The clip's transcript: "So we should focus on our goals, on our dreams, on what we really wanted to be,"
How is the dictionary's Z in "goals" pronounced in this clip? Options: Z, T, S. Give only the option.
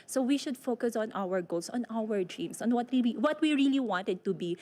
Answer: S